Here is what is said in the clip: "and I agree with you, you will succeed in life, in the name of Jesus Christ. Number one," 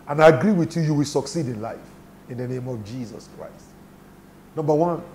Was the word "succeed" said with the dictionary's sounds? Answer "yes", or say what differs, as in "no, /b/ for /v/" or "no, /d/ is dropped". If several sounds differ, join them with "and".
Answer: yes